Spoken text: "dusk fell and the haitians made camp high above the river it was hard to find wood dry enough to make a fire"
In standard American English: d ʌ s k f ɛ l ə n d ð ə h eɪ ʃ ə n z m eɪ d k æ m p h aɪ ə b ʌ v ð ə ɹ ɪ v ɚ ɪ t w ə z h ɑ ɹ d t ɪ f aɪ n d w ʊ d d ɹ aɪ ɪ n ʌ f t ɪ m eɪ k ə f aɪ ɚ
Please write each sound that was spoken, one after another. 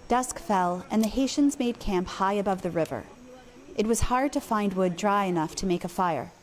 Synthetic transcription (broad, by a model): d ʌ s k f ɛ l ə n ð ə h eɪ ʃ ə n z m eɪ d k æ m p h aɪ ə b ʌ v ð ə ɹ ɪ v ɚ ɪ t w ə z h ɑ ɹ d t ɪ f aɪ n d w ʊ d d ɹ aɪ ɪ n ʌ f t ɪ m eɪ k ə f aɪ ɚ